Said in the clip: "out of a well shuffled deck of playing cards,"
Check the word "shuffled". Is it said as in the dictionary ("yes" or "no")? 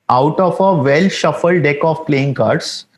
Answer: yes